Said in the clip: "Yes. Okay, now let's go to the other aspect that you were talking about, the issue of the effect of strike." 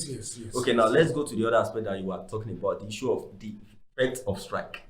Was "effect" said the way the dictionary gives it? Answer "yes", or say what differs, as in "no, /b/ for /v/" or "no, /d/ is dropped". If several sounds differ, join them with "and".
no, /k/ is dropped